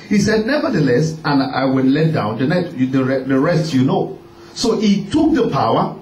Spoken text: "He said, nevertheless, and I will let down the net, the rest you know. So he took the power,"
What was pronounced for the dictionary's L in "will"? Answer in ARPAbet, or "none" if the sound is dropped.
N